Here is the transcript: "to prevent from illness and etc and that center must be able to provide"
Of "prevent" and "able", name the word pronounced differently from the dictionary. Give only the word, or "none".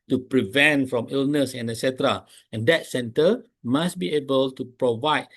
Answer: none